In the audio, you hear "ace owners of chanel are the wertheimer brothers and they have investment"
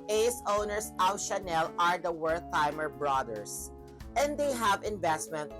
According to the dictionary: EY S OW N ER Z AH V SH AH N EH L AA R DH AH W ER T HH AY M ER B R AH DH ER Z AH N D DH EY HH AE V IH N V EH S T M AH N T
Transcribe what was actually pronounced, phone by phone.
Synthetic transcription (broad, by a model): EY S OW N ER S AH W SH AH N EH L AA R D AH W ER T AY M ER B R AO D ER S AH N D EY HH AE V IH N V EH S T M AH N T